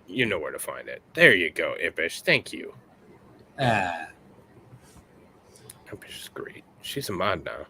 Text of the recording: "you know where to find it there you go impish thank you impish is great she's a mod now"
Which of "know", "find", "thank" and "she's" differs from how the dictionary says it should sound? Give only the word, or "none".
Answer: none